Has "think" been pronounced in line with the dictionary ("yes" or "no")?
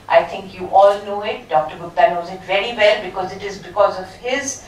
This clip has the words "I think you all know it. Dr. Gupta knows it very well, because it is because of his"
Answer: no